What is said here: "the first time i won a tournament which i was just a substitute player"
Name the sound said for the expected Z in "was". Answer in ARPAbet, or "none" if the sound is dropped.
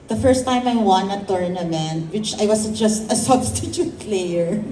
S